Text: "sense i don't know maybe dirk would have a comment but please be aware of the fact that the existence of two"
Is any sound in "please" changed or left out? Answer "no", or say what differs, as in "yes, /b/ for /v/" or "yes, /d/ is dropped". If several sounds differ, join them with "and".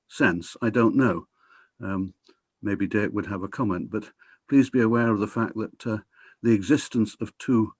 no